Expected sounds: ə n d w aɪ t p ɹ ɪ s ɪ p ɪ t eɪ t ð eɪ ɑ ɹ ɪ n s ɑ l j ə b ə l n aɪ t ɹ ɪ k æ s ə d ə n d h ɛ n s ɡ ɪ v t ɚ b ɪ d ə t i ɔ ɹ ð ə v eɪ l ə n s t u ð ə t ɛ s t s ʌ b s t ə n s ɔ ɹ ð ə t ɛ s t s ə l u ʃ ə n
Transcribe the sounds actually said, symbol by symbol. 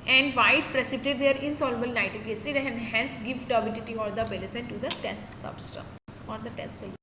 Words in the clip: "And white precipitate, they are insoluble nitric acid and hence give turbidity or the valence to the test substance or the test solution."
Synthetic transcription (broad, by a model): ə n d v aɪ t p ɹ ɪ s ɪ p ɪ t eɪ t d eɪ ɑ ɹ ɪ n s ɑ l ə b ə l n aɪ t ɪ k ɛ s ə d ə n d h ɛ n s ɡ ɪ v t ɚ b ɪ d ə t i ɔ ɹ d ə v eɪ l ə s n t u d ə t ɛ s t s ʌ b s t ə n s ɔ ɹ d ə t ɛ s t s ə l